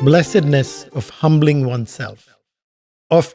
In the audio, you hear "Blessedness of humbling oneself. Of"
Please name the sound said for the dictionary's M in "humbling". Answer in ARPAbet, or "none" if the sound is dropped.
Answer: M